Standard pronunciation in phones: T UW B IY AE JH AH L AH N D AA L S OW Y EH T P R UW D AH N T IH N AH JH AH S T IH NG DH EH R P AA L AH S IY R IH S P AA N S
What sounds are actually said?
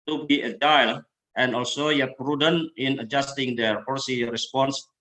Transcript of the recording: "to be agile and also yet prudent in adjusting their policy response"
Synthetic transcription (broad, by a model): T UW B IY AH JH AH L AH N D AA L S OW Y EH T P R UW D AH N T IH N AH JH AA S T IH NG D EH R F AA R S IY R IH S P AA N S